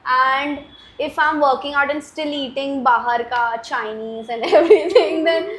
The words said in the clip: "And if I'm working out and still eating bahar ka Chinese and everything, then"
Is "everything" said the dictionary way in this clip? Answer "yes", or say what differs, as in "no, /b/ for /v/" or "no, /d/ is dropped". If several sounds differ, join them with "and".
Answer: no, /t/ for /θ/